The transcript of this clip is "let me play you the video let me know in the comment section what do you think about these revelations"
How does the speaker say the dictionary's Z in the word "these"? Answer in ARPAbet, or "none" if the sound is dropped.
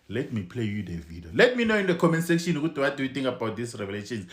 S